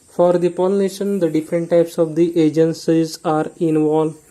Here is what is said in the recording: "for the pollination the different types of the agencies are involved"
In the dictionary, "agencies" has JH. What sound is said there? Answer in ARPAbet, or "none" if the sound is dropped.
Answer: JH